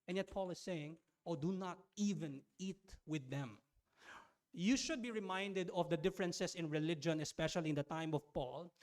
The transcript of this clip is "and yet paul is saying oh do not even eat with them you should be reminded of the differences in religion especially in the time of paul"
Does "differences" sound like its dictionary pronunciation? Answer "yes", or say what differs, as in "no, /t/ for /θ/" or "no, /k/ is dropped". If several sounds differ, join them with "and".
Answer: no, /s/ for /z/